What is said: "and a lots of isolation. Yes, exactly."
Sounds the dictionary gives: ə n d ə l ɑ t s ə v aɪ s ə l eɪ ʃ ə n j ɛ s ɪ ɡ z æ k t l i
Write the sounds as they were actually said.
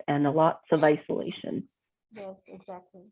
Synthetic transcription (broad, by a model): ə n ə l ɑ t s ə v aɪ s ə l eɪ ʃ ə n j ɛ s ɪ ɡ z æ k t l i